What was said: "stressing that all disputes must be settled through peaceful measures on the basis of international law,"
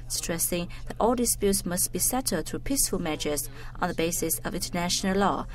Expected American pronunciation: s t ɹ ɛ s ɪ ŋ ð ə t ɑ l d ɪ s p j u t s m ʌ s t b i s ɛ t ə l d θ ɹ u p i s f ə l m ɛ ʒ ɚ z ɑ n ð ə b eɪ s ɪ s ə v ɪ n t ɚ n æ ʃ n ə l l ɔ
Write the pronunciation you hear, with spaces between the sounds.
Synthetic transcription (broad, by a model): s t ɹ ɛ s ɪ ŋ ð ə t ɑ l d ɪ s p j u t s m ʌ s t b i s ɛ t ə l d θ ɹ u p i s f ə l m ɛ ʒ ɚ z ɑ n ð ə b eɪ s ɪ s ə v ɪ n t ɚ n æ ʃ n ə l l ɔ